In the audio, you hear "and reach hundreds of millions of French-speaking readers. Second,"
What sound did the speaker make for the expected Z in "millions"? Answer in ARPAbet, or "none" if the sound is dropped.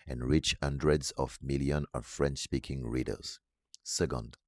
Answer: none